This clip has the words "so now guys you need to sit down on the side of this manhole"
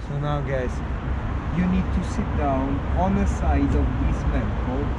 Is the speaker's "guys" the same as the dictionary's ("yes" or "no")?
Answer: no